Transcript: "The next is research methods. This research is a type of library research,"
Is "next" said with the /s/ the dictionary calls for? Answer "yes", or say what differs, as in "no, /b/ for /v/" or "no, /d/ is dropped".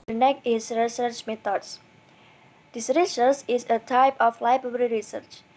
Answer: no, /s/ is dropped